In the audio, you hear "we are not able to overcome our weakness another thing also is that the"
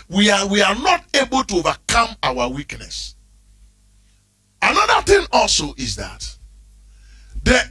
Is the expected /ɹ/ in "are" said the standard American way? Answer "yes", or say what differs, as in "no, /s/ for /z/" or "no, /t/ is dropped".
no, /w/ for /ɹ/